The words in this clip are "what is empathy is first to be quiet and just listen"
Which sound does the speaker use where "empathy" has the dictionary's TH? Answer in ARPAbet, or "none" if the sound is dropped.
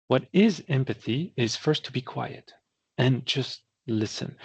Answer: TH